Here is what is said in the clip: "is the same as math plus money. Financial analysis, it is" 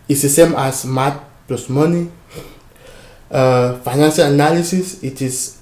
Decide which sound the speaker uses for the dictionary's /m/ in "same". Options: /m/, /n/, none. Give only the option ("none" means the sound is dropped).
/m/